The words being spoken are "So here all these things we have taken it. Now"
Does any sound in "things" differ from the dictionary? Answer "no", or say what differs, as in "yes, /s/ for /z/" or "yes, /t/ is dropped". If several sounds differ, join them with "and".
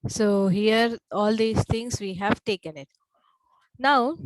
yes, /t/ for /θ/